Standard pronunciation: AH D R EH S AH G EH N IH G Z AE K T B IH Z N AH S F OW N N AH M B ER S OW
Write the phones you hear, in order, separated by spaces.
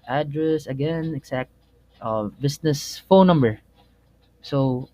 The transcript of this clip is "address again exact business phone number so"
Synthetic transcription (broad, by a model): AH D R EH S AH G EH N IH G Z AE K T B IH S N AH S F OW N N AH M B ER S OW